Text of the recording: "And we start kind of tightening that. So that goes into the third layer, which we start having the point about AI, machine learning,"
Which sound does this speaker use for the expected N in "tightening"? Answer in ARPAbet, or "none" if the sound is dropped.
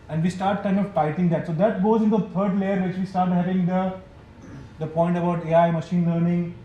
none